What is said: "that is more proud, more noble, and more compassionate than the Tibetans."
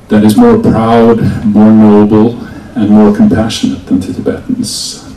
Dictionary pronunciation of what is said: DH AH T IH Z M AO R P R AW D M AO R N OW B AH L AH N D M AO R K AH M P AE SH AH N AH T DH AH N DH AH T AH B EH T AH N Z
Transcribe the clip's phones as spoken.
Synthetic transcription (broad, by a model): DH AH T IH Z M AO R P R AW D M AO R N OW B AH L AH N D M AO R K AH M P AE SH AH N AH T DH AH N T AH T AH B EH T N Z